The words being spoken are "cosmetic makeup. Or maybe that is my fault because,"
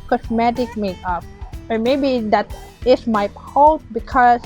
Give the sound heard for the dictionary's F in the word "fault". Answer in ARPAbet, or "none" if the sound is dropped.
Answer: P